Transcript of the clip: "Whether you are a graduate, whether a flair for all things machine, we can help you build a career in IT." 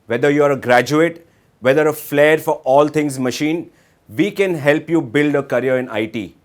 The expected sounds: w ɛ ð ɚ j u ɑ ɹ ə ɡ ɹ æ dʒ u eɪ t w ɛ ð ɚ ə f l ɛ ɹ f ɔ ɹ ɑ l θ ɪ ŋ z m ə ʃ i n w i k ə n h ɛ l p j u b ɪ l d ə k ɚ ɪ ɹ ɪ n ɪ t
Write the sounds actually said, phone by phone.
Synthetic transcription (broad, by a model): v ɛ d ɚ j u ɑ ɹ ə ɡ ɹ æ dʒ u eɪ t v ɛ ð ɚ ə f l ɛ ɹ f ɔ ɹ ɑ l t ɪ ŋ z m ə ʃ i n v i k ə n h ɛ l p j u b ɪ l d ə k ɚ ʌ ɹ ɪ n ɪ t